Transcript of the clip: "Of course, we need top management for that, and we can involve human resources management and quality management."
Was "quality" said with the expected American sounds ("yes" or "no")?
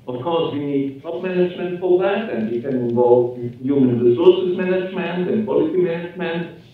no